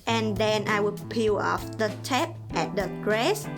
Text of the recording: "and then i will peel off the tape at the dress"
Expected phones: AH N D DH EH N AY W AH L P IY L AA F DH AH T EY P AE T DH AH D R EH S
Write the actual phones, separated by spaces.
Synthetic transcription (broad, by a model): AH N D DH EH N AY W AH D P IY L AA F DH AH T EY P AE T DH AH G R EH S